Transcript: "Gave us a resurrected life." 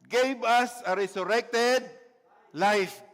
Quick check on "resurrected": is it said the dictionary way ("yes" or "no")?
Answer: no